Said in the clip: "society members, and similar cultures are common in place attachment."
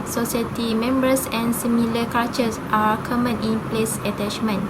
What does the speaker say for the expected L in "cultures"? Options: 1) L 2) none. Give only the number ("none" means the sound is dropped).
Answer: 2